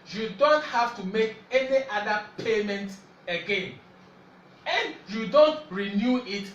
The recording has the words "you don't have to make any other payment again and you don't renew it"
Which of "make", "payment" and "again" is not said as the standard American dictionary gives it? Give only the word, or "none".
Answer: none